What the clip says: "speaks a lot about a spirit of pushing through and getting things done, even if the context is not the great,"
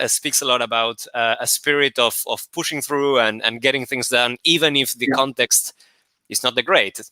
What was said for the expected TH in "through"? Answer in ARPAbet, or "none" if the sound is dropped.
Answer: TH